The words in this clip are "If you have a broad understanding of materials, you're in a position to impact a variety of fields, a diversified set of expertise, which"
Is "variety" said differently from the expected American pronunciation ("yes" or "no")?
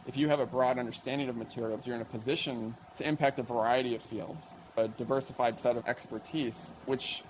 no